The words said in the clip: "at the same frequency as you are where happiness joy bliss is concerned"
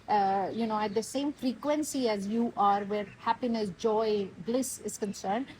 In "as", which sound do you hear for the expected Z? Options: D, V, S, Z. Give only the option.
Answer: Z